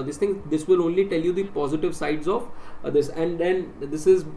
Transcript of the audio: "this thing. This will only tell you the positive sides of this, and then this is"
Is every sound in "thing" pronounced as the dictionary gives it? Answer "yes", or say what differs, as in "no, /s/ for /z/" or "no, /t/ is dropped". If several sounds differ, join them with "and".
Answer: no, /t/ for /θ/